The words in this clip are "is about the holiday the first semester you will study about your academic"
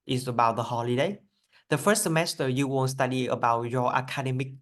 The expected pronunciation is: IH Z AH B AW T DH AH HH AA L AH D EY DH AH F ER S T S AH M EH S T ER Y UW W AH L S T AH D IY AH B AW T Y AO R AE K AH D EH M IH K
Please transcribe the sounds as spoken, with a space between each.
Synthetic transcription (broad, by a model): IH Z AH B AW T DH AH HH AA L AH D EY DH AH F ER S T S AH M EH S T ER Y UW W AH N S T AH D IY AH B AW T Y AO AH K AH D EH M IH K